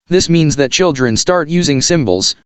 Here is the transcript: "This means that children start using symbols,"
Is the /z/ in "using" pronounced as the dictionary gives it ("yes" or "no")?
yes